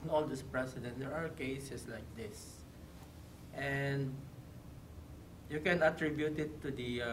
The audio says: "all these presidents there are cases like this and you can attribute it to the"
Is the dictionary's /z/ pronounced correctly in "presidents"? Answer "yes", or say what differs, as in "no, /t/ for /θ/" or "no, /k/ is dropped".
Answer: no, /s/ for /z/